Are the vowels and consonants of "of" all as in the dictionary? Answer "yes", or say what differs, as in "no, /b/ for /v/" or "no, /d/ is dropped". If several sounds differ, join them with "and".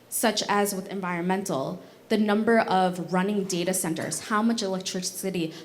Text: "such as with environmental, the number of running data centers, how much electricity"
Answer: yes